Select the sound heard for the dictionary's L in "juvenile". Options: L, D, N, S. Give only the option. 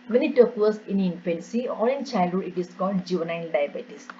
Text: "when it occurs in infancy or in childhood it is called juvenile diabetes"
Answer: N